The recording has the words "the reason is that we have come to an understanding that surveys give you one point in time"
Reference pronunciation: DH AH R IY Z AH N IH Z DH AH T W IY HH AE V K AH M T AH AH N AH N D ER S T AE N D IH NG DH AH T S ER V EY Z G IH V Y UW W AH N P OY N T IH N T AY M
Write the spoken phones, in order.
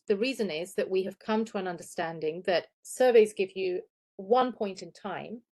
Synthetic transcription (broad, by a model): DH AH R IY Z AH N IH Z DH AH T W IY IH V K AH M T AH AH N AH N D ER S T AE N D IH NG DH AH T S ER V EY Z G IH V Y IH W AH N P OY N T IH N T AY M